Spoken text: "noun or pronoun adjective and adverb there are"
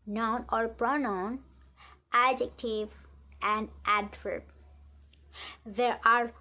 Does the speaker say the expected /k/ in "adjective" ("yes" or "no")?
yes